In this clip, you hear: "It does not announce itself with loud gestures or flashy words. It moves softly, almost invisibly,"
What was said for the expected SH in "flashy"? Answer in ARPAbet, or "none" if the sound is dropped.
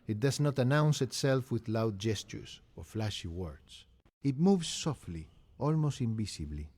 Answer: SH